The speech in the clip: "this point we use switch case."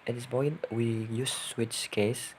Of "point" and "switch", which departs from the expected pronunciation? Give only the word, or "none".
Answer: point